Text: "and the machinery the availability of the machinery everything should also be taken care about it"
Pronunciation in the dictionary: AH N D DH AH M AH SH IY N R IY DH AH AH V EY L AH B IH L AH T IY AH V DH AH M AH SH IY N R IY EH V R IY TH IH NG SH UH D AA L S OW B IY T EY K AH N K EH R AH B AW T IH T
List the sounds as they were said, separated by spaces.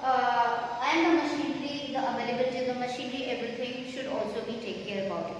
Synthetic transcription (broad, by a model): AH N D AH M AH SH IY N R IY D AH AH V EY L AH B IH L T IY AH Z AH M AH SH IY N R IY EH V R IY T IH NG SH UH D AA L S OW B IY T EY K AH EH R AH B AW T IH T